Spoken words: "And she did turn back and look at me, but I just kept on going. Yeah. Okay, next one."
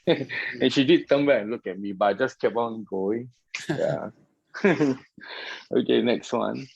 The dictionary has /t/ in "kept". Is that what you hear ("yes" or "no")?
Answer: no